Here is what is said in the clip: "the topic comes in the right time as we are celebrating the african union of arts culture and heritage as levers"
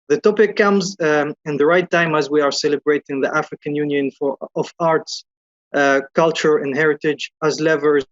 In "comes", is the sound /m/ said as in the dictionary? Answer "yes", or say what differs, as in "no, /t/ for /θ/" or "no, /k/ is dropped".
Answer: yes